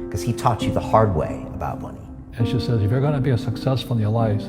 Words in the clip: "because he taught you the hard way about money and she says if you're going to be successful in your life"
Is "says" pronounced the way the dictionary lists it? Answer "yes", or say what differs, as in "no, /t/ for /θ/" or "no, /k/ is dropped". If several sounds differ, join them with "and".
yes